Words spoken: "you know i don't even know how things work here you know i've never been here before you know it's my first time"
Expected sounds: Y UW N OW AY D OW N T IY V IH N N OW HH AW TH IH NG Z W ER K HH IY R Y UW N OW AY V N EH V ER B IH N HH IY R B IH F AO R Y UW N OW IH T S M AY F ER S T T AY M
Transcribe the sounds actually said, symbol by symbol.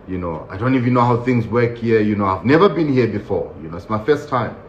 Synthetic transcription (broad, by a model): Y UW N OW AY D OW N T IY V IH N N OW HH AW TH IH NG Z W ER K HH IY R Y UW N OW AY V N EH V ER B IH N HH IY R B IH F AO R Y UW N OW IH T S M AY F ER S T T AY M